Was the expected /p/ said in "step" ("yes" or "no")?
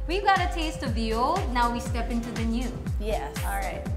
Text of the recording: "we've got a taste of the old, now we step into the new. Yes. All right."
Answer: yes